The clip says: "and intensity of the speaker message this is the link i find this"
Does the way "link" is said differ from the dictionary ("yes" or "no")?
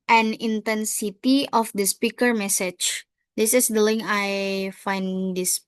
yes